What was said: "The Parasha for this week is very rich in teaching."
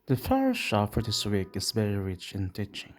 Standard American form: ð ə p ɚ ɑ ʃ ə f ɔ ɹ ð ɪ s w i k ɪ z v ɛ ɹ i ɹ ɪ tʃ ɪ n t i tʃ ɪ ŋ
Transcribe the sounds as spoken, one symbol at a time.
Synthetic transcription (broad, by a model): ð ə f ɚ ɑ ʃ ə f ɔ ɹ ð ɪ s w i k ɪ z v ɛ ɹ i ɹ ɪ tʃ ɪ n t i tʃ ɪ ŋ